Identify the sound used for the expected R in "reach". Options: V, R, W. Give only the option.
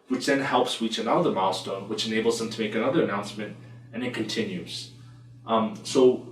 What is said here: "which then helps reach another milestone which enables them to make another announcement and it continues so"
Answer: W